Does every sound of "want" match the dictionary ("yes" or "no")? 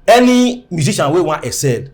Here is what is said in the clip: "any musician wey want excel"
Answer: no